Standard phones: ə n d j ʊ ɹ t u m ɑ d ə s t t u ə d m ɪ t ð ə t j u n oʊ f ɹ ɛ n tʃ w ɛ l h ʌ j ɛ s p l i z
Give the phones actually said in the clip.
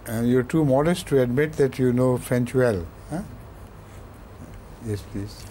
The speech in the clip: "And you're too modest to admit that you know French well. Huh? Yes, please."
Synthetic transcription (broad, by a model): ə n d j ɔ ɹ t u m ɑ d ə s t t u ə d m ɪ t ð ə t j u n oʊ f ɛ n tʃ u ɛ l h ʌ j ɛ s p l i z